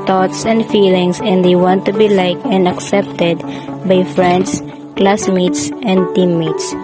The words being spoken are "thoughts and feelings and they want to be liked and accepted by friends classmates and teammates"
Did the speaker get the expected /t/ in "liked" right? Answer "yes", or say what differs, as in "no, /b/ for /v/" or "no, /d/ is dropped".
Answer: no, /t/ is dropped